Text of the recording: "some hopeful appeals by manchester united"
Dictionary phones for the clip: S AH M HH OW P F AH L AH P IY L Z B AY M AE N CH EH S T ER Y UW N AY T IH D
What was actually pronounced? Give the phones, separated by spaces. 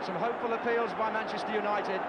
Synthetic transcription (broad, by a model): S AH M HH OW P F AH L AH P IY L Z B AY M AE N CH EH S T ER Y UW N AY T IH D